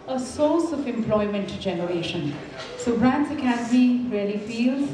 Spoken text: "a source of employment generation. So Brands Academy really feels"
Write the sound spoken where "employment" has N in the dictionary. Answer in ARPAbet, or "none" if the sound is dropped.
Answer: N